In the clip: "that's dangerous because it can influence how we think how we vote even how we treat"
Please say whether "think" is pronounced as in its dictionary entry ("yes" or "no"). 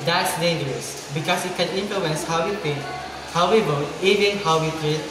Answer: no